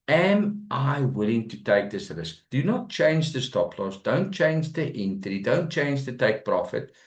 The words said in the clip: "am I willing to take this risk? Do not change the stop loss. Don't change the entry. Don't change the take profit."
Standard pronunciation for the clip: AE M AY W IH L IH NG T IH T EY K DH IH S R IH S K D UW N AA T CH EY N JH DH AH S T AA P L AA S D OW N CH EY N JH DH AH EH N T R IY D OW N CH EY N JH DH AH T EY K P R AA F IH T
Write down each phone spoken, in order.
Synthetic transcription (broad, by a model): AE M AY W IH L IH NG T IH T EY K DH IH S L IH S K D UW N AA T CH EY N JH DH AH S T AA P L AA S D OW N CH EY N JH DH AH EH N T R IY D OW N CH EY N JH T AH T EY K P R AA F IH T